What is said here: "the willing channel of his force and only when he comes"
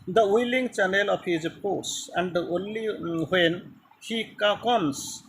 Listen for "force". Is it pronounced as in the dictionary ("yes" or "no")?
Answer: no